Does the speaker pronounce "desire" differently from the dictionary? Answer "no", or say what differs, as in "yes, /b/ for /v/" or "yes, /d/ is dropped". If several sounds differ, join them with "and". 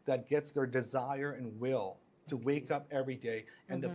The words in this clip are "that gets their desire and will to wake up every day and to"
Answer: no